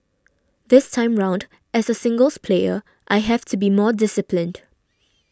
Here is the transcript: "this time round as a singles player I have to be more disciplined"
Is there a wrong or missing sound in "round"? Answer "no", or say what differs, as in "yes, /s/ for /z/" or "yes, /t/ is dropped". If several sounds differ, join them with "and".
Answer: no